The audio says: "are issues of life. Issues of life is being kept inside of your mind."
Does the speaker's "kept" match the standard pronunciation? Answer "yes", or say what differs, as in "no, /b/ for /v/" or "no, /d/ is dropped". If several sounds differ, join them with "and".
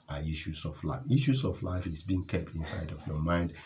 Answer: yes